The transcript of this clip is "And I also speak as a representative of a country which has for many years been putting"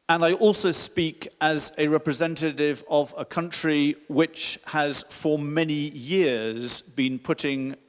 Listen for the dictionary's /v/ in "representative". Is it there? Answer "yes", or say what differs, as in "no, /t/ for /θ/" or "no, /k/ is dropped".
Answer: yes